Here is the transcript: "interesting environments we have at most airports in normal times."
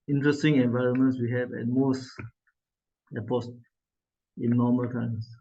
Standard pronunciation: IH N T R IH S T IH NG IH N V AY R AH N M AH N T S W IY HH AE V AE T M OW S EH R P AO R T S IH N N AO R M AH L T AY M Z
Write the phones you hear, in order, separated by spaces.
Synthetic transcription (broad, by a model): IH N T R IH S T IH NG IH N V AY R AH N M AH N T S W IY HH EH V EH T M OW S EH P AO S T IH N N AO M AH L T AY M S